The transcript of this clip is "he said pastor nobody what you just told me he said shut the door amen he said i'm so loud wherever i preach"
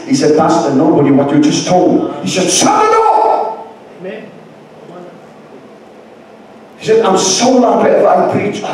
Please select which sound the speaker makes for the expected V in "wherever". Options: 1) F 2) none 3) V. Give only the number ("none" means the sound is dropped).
1